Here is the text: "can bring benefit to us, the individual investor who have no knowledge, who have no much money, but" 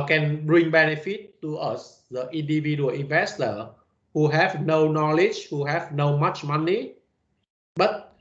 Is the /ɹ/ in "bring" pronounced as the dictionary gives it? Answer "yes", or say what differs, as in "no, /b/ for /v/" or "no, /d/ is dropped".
yes